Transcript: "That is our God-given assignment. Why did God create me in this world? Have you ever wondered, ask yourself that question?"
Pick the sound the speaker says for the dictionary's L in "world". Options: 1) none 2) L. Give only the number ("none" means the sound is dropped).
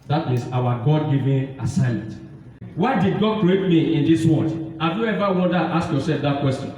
1